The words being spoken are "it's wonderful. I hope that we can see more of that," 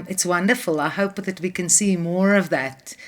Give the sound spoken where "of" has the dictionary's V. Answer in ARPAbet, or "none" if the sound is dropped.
V